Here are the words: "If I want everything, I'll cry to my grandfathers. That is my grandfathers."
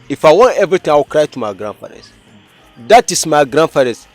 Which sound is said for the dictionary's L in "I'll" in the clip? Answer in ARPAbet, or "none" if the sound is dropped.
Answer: W